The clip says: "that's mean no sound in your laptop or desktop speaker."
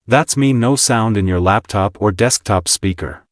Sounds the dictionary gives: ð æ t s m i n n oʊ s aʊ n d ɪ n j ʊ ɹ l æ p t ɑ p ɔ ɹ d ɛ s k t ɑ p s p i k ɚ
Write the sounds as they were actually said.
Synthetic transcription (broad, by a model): ð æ t s m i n n oʊ s aʊ n d ɪ n j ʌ ɹ l æ p t ɑ p ɔ ɹ d ɛ s k t ɑ p s p i k ɚ